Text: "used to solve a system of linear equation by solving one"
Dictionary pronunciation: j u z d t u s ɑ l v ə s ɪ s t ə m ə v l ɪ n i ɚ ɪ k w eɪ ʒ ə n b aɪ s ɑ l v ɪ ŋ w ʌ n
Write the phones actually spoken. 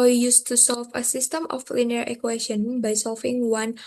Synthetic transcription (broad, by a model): j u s t u s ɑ l f ə s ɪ s t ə m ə f l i n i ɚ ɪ k w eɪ ʃ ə n b aɪ s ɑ l f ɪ ŋ w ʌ n